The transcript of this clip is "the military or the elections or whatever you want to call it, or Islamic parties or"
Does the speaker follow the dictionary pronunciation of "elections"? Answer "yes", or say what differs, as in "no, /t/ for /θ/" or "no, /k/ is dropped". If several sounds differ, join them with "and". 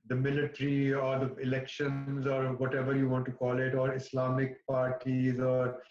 yes